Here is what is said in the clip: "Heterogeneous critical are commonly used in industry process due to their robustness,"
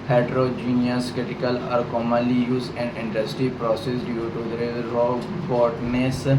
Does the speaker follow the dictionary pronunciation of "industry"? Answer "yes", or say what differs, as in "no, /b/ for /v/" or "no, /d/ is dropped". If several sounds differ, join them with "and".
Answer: no, /ɹ/ is dropped